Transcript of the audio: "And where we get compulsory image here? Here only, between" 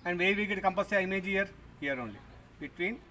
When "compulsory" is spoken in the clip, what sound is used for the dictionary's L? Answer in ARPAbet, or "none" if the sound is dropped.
none